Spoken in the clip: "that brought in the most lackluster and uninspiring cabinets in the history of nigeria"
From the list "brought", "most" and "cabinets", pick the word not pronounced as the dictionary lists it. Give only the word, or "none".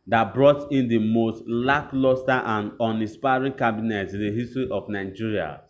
cabinets